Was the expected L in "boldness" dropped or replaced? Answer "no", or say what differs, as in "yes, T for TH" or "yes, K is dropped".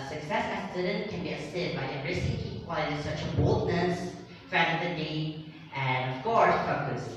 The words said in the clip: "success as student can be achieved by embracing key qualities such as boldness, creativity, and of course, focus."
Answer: no